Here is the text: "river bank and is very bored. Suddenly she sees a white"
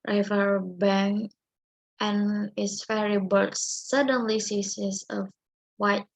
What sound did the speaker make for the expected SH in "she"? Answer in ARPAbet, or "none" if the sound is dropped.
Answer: S